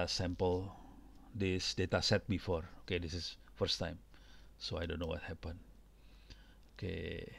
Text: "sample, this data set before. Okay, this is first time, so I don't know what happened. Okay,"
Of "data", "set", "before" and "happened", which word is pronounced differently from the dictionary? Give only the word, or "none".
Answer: happened